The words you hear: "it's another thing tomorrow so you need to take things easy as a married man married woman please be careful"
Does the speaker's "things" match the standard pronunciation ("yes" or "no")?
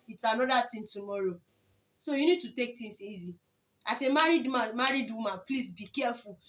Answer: no